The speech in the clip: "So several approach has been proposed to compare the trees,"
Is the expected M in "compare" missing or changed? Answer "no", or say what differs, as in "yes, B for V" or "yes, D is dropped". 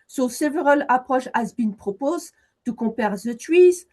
yes, M is dropped